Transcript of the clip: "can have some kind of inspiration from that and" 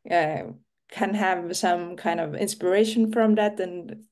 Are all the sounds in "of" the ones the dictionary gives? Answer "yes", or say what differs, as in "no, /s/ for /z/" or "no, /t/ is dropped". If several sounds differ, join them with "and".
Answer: yes